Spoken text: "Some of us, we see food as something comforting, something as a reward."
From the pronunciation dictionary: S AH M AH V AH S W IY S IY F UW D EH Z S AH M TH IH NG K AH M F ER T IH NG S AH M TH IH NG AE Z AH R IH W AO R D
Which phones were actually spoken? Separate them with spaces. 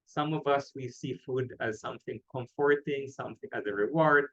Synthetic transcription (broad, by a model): S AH M AH V AH S W IY S IY F UW D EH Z S AH M TH IH NG K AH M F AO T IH NG S AH M TH IH NG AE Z AH R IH W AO R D